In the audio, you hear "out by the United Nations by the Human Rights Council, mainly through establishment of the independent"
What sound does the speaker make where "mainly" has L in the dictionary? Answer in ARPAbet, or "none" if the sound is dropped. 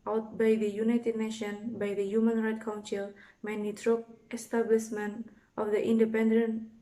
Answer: none